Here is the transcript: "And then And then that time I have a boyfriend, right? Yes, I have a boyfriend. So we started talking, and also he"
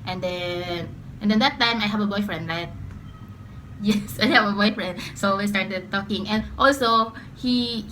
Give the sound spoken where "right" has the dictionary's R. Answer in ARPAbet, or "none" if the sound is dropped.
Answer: L